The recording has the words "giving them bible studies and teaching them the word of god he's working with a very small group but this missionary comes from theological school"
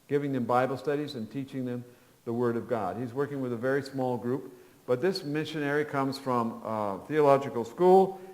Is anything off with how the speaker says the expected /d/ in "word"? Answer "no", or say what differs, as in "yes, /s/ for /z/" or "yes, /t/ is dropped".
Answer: no